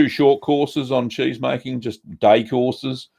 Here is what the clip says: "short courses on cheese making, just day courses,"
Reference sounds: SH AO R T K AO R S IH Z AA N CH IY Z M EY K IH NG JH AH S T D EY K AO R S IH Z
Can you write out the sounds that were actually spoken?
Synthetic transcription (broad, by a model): SH AO T K AO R S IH Z N CH IY Z M EY K IH NG JH AH S D EY K AO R S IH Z